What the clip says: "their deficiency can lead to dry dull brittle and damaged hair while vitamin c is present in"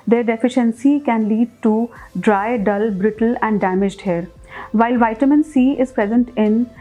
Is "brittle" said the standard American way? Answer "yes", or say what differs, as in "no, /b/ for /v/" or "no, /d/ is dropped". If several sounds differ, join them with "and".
yes